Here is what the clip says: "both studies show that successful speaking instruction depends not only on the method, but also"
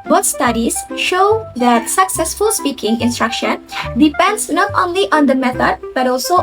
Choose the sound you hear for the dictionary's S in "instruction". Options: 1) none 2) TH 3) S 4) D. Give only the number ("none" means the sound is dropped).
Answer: 3